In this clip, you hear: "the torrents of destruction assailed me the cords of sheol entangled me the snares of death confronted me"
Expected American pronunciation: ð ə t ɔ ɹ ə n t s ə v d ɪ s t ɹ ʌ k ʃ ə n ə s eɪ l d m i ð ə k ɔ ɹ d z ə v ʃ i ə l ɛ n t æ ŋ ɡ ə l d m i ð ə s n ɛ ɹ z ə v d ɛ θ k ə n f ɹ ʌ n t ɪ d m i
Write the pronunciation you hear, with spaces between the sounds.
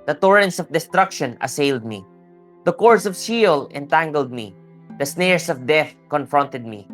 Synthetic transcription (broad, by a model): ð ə t ɔ ɹ ə n t s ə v d ɪ s t ɹ ʌ k ʃ ə n ə s eɪ l d m i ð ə k ɔ ɹ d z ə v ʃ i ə l ɛ n t æ ŋ ɡ ə l d m i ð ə s n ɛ ɹ s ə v d ɛ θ k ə n f ɹ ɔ n t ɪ d m i